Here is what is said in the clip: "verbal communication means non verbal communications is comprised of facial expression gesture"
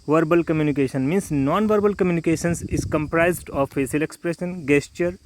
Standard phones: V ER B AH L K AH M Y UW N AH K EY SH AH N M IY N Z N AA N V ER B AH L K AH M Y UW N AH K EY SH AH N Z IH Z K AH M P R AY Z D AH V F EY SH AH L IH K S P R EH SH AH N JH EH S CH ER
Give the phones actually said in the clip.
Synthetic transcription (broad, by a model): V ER B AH L K AH M Y UW N AH K EY SH AH N M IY N S N AA N V ER B AH L K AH M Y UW N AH K EY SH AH N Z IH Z K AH M P R AY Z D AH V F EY S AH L IH K S P R EH SH AH N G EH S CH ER